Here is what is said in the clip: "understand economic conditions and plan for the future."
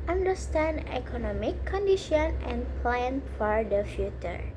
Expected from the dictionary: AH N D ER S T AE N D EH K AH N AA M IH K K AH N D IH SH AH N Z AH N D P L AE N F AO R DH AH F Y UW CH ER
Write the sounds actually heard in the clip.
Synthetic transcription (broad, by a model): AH N D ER S T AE N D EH K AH N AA M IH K K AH N D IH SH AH N AH N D P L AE N F AO R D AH F Y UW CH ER